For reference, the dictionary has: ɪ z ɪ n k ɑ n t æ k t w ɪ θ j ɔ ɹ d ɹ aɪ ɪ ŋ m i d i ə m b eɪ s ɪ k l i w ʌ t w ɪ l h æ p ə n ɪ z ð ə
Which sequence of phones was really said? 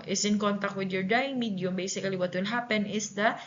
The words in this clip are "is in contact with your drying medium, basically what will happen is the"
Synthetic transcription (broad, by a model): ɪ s ɪ n k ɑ n t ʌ k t w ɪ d j ɔ ɹ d aɪ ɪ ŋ m i d i ə m b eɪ s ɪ k l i w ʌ t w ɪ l h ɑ p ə n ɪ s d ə